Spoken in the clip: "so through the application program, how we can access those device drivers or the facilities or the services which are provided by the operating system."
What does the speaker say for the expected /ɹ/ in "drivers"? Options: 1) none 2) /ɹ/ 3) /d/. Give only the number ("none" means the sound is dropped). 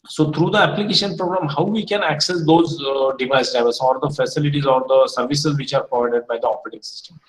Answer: 1